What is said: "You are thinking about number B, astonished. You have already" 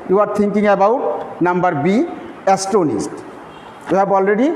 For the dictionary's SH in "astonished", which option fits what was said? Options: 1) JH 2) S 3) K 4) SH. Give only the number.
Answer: 2